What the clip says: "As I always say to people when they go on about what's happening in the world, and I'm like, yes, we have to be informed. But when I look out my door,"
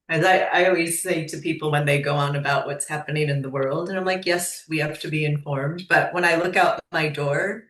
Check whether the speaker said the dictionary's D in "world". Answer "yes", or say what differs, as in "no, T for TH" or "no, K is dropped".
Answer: yes